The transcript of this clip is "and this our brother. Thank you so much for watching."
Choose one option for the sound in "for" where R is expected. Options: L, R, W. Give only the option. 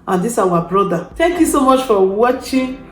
W